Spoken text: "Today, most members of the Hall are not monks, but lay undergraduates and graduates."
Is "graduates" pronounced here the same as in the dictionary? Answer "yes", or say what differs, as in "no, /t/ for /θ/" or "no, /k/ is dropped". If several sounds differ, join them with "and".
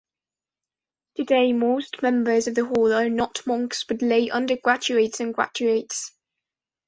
no, /tʃ/ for /dʒ/